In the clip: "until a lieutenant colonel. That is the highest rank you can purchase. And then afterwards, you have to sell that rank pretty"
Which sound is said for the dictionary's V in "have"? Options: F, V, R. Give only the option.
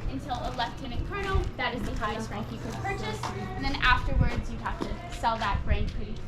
F